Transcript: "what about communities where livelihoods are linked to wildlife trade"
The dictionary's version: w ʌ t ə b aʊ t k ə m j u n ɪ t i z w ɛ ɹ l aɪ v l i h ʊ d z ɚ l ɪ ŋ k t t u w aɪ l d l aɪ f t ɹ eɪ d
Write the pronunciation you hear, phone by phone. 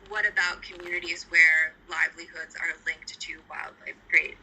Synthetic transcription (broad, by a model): w ʌ t ə b aʊ t k ə m j u n ɪ t i z w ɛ ɹ l aɪ v l i h ʊ d z ɚ l ɪ ŋ k t t u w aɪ l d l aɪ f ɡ ɹ eɪ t